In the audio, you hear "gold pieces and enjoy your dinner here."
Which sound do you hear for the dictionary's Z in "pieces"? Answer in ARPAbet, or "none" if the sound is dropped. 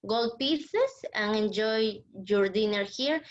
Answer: S